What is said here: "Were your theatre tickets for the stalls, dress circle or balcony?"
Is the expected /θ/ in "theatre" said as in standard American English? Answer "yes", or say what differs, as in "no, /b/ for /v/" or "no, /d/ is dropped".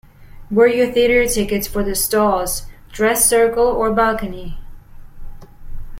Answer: yes